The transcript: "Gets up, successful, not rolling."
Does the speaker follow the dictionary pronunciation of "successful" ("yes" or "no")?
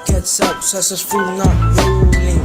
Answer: no